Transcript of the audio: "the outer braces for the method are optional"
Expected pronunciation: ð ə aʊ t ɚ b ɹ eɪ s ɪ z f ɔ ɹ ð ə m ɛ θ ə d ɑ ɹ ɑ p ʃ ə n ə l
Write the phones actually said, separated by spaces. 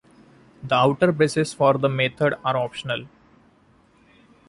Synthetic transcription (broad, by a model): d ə aʊ t ɚ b eɪ s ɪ s f ɔ ɹ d ə m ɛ t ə d ɑ ɹ ɑ p ʃ ə n ə l